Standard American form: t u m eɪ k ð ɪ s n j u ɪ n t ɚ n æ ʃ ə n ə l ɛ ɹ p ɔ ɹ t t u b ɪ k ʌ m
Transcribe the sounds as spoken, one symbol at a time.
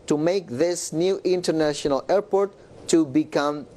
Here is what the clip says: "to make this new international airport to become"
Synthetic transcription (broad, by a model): t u m eɪ k ð ɪ s n j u ɪ n t ɚ n æ ʃ ə n ə l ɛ ɹ p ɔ ɹ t t u b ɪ k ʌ m